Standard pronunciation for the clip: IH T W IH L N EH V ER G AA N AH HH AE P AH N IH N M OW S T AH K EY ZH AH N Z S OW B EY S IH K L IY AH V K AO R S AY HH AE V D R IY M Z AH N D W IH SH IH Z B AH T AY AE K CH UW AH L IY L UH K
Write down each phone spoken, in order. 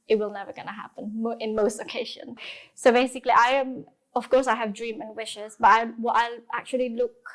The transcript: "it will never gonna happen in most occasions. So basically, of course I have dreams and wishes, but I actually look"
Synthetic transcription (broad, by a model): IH T W IH L N EH V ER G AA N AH HH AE P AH N IH N M OW S T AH K EY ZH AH N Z S OW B EY S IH K L IY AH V K AO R S AY HH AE V D R IY M AH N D W IH SH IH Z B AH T AY AE K CH UW AH L IY L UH K